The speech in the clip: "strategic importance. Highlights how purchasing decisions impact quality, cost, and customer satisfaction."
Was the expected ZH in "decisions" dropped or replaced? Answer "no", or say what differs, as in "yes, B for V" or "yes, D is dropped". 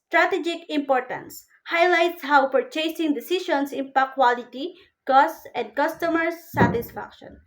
yes, SH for ZH